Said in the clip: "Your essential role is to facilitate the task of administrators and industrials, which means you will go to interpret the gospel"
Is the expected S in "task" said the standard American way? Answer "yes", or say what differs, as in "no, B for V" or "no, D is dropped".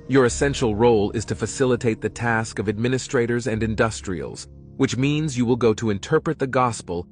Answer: yes